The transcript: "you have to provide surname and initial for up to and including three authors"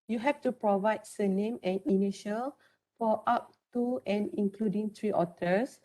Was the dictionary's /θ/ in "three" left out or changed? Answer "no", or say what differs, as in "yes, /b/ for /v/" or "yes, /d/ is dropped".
yes, /t/ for /θ/